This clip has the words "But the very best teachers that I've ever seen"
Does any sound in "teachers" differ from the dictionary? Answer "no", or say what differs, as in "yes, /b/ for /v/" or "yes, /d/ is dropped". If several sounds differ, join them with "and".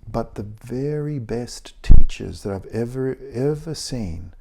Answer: no